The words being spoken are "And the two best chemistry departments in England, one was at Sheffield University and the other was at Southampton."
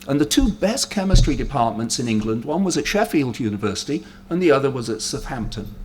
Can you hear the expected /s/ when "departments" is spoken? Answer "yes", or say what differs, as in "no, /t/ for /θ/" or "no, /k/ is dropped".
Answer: yes